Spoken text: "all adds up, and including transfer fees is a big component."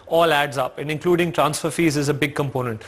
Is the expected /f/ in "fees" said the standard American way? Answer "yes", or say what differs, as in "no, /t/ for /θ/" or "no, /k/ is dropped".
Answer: yes